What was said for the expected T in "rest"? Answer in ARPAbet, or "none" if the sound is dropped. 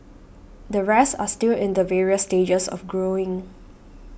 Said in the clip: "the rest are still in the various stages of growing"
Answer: none